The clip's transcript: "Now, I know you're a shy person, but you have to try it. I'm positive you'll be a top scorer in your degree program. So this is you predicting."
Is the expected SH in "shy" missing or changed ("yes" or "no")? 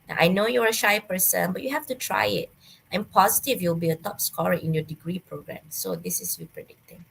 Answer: no